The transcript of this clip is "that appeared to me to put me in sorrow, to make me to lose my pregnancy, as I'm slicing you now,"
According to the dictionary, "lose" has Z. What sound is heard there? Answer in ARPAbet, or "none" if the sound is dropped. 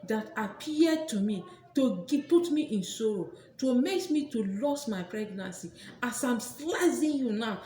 S